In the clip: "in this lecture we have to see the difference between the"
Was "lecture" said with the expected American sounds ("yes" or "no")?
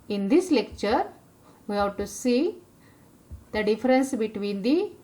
yes